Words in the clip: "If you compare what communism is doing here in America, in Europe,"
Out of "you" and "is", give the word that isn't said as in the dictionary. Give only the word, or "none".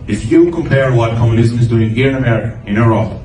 none